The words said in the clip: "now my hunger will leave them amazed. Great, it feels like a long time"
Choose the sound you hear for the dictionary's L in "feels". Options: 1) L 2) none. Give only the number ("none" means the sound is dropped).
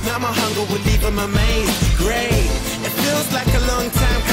1